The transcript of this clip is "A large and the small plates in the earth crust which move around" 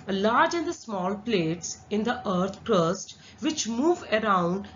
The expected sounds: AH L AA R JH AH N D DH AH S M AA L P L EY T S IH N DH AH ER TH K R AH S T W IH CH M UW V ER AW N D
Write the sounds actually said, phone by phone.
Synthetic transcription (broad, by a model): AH L AA R JH AH N D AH S M AA L P L EY T S IH N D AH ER T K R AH S T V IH CH M UW V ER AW N D